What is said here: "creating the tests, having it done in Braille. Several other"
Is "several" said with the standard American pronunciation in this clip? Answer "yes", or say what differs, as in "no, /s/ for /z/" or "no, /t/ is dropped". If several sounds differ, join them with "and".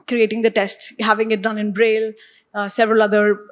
yes